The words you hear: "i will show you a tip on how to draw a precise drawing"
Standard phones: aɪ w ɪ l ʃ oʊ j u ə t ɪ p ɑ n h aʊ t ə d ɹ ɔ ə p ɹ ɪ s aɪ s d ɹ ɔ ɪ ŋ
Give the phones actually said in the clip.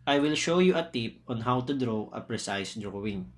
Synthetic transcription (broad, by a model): aɪ w ɪ l ʃ oʊ j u ə t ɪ p ɑ n h aʊ t ə d ɹ ɔ ə p ɹ ɪ s aɪ s d ɹ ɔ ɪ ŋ